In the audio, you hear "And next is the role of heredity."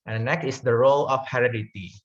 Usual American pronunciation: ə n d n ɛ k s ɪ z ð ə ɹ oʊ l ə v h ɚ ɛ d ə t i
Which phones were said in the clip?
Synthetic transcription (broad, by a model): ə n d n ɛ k ɪ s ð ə ɹ oʊ l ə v h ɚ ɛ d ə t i